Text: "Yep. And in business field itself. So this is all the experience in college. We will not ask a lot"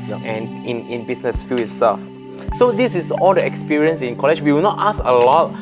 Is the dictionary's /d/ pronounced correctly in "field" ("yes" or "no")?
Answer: no